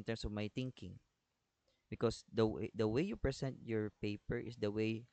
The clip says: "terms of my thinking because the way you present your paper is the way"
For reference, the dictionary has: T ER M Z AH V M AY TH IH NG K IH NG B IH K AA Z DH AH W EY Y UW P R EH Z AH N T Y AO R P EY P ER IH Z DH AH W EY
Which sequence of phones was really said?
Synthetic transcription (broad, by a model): T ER M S AH V M AY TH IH NG K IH NG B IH K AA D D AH W EY Y UW P R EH S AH N T Y AO R P EY P ER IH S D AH W EY